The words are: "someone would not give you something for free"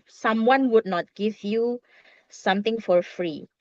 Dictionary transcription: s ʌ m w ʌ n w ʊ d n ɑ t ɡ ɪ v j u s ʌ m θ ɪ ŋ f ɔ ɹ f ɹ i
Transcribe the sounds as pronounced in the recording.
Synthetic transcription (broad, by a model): s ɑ m w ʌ n w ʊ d n ɑ t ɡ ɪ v j u s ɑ m t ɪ ŋ f ɔ ɹ f ɹ i